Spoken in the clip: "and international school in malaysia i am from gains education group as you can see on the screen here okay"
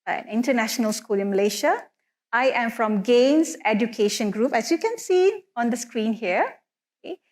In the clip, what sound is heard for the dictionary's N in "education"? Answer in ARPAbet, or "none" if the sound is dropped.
N